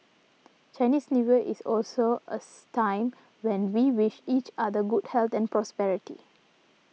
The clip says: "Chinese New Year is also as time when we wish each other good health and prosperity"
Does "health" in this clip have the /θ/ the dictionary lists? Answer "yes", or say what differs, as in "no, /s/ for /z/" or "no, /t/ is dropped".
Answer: no, /t/ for /θ/